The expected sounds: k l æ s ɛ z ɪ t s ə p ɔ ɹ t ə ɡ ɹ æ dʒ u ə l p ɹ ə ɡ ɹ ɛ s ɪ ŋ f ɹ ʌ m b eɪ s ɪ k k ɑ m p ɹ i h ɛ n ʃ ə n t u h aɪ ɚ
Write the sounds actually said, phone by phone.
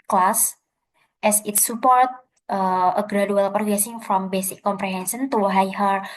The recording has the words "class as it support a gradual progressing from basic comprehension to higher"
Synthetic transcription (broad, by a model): k l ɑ s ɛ s ɪ t s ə p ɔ ɹ t ə ɡ ɹ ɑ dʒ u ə l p ə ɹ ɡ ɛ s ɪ ŋ f ɹ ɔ m b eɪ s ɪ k k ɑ m p ɹ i h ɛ n s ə n t u h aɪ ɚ